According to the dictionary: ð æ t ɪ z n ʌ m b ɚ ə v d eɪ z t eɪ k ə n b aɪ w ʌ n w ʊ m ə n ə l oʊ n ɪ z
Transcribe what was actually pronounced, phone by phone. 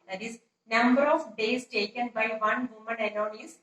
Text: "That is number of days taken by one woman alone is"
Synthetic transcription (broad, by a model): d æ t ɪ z n ʌ m b ɚ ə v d eɪ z t eɪ k ə n b aɪ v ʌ n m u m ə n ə n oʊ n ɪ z